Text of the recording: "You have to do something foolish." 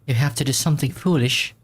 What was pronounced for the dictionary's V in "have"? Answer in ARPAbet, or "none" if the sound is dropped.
F